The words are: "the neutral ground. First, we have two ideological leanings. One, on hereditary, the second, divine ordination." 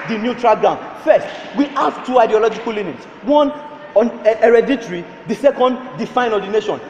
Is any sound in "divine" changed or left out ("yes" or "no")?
yes